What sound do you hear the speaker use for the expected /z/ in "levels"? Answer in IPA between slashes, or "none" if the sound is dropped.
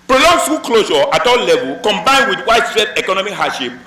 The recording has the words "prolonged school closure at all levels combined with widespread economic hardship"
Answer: none